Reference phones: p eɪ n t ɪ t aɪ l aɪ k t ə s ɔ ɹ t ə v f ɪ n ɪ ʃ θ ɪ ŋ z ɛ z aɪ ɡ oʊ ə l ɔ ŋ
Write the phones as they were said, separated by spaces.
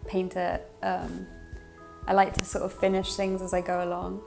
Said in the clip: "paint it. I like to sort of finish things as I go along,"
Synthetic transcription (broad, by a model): p eɪ n t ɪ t aɪ l aɪ k t ə s ɔ t ə v f ɪ n ɪ ʃ θ ɪ ŋ z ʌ z aɪ ɡ oʊ ə l ɔ ŋ